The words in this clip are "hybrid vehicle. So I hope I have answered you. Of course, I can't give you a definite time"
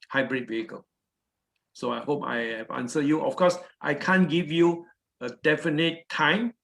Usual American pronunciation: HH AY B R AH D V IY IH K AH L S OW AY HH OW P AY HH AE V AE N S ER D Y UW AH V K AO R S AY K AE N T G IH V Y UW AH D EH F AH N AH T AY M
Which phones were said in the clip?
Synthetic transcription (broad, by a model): HH AY B R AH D V IY IH K AH L S OW AY HH OW P AY HH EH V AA N S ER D Y UW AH F K AO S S AY K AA N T G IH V Y UW AH D EH F AH N AH T AY M